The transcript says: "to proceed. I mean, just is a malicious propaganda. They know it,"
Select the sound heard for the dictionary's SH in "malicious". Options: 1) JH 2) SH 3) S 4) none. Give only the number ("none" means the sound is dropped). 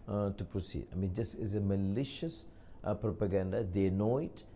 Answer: 2